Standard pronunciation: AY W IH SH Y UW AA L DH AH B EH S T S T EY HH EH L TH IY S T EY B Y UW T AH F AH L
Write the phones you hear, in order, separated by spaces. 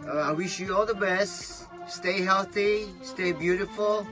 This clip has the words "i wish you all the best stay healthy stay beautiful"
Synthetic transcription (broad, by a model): AY W IH SH Y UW AA L DH AH B EH S T S T EY HH EH L TH IY S T EY B Y UW T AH F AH L